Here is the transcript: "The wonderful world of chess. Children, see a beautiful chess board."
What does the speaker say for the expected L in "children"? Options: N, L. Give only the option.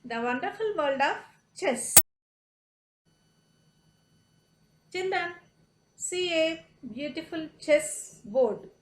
N